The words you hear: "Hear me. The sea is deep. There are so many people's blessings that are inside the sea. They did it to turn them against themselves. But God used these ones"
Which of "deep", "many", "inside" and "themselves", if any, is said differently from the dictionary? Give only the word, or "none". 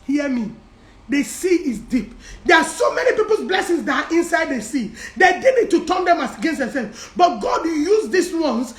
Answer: themselves